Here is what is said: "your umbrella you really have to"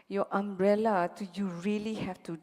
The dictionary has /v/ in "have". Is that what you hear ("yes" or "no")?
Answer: no